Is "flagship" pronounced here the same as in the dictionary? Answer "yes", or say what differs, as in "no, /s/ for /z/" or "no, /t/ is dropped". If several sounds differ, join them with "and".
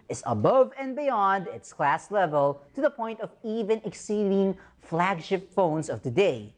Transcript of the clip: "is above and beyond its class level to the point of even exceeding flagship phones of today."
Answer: yes